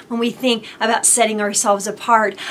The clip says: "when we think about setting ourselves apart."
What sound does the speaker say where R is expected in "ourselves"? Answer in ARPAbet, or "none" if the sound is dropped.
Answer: R